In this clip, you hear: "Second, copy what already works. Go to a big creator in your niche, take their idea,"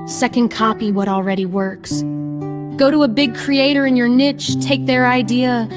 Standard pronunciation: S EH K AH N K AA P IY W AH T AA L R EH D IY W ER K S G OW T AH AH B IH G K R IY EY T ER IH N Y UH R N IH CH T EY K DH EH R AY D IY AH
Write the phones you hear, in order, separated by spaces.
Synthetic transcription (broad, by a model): S EH K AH N K AA P IY W AH T L R EH D IY W ER K S G OW T AH AH B IH G K R IY EY T ER IH N Y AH R N IH CH T EY K DH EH R AY D IY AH